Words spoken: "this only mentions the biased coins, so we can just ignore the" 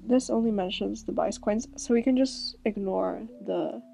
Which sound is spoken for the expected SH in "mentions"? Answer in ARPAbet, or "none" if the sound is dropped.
SH